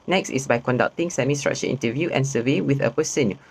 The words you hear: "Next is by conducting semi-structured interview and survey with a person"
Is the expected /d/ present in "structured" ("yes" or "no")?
no